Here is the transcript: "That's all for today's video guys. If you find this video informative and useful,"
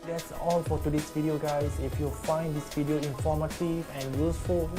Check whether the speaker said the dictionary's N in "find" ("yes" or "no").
yes